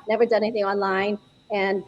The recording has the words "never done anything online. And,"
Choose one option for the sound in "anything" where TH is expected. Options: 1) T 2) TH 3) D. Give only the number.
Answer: 2